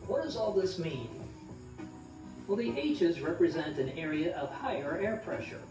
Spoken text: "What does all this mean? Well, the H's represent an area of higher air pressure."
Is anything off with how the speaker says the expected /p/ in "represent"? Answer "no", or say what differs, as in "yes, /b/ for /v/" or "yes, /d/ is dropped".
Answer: no